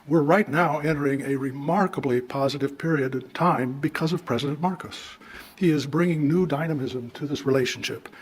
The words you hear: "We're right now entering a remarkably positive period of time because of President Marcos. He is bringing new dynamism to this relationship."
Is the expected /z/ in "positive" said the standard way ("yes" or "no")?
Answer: yes